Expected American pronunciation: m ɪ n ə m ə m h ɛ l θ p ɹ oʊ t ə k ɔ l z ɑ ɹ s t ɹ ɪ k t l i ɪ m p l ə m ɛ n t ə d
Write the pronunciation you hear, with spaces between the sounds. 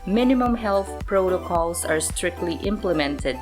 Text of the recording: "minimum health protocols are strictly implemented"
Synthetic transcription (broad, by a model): m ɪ n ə m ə m h ɛ l θ p ɹ oʊ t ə k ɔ l s ɑ ɹ s t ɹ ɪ k t l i ɪ m p l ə m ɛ n t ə d